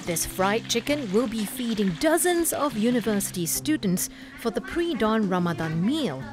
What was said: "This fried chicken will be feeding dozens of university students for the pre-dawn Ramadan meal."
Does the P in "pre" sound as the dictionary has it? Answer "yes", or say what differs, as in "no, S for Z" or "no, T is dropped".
yes